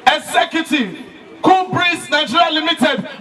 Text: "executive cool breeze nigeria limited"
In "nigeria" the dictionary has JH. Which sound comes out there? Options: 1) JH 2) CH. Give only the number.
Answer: 2